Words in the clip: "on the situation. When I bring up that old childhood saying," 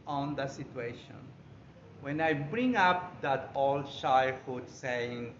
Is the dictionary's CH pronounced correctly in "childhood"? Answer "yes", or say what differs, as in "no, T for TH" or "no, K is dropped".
no, SH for CH